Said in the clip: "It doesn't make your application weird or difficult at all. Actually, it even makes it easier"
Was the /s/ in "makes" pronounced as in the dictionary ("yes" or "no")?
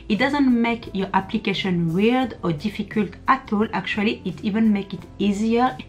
no